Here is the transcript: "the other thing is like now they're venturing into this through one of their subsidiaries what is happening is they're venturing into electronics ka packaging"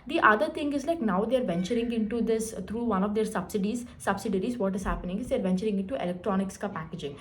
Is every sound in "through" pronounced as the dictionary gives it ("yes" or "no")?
no